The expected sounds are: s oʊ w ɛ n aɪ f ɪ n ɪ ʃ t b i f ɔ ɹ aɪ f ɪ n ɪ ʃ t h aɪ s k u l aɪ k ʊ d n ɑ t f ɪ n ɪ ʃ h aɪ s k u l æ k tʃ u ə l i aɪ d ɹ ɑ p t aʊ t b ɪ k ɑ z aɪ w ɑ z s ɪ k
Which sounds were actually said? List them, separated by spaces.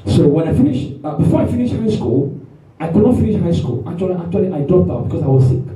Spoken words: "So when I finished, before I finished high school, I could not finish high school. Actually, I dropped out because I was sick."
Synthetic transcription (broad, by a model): s oʊ w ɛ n aɪ f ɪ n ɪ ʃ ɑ b i f ɔ ɹ aɪ f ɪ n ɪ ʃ h aɪ s k u l aɪ k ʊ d n ɑ t f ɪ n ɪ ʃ h aɪ s k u l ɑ k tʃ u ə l i aɪ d ɑ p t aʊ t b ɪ k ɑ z aɪ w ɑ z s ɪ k